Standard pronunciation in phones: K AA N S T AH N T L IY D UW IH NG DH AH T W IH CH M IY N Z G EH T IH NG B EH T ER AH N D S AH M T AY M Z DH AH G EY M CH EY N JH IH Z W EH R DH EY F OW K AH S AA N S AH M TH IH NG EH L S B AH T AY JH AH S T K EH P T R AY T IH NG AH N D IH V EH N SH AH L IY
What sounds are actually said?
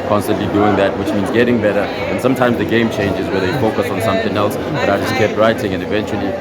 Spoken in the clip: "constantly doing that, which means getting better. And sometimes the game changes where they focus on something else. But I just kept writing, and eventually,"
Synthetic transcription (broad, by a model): K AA N S T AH N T L IY D UW IH NG DH AH T W IH CH M IY N Z G EH T IH NG B EH T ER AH N S AH M T AY M Z DH AH G EY M CH EY N JH IH Z W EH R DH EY F OW K AH S N S AH M TH IH NG EH L S B AH T AY JH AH S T K EH P T R AY T IH NG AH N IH V EH N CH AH L IY